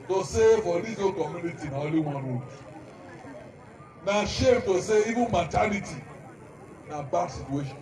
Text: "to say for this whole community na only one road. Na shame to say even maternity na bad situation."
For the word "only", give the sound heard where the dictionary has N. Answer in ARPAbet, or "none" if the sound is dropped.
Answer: none